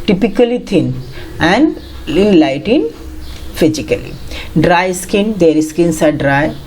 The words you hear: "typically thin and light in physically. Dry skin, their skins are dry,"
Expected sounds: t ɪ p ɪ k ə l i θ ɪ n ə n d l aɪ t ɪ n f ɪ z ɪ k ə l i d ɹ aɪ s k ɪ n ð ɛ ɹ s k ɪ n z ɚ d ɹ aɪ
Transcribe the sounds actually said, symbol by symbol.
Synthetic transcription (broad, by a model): t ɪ p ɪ k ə l i t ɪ n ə n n l aɪ t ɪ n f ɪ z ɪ k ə l i d ɹ aɪ s k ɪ n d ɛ ɹ s k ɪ n s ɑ d ɹ aɪ